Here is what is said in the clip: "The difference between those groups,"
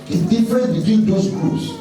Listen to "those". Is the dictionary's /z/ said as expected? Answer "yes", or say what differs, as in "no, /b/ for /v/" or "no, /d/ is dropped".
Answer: no, /s/ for /z/